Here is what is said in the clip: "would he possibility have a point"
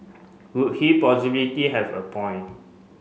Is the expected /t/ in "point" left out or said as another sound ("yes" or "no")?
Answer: yes